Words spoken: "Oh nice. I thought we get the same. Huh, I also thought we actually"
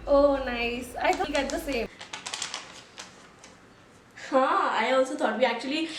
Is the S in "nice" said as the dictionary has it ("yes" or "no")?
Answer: yes